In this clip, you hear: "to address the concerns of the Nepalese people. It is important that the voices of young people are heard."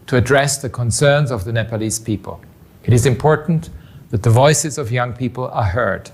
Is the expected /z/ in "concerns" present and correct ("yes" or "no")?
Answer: yes